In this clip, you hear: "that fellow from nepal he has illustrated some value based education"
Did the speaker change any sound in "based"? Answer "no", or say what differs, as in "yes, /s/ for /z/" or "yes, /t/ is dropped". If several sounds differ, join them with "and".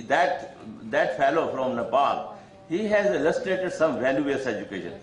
yes, /t/ is dropped